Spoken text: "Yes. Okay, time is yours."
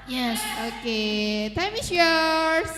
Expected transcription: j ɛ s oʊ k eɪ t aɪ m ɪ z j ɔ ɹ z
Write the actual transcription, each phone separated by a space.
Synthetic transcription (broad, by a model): j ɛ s oʊ k eɪ t aɪ m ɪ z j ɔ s